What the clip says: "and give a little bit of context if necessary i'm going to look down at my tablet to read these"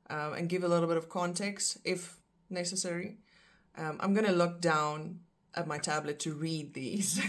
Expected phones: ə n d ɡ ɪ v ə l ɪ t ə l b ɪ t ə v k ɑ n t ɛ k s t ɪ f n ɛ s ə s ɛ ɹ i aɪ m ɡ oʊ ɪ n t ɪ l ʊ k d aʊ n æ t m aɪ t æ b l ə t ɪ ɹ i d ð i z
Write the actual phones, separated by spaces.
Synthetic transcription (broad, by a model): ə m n ɡ ɪ v ə l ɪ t l b ɪ t ə v k ɑ n t ɛ k s t ɪ f n ɛ s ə s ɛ ɹ i aɪ m ɡ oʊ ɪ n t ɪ l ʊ k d aʊ n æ t m aɪ t æ b l ə t ɪ ɹ i d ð i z